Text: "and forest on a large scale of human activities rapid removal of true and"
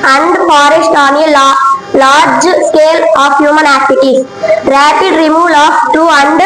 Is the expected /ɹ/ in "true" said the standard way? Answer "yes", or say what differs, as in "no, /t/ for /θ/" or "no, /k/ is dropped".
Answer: no, /ɹ/ is dropped